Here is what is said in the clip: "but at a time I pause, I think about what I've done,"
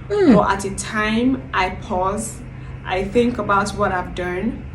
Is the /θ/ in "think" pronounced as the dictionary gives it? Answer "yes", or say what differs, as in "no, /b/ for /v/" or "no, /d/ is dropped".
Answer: yes